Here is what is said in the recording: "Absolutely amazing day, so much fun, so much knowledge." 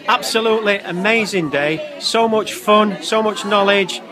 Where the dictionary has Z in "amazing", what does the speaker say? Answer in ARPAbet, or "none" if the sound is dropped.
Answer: Z